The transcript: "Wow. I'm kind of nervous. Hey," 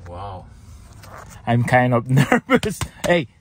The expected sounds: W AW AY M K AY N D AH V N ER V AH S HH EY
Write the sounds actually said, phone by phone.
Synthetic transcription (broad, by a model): W AW AY M K AY N D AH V N ER V AH S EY